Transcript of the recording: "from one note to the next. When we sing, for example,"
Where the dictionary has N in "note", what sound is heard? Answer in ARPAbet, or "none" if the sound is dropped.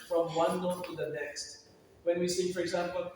L